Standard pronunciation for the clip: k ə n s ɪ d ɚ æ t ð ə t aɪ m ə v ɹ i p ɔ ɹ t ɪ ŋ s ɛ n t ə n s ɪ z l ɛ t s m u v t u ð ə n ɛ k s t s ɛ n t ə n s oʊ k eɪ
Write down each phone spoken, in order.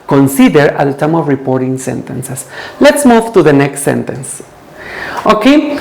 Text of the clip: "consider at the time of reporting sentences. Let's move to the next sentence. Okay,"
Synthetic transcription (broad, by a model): k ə n s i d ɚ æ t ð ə t aɪ m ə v ɹ i p ɔ ɹ t ɪ ŋ s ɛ n t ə n s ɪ s l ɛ t s m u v t u ð ə n ɛ k s t s ɛ n t ə n s oʊ k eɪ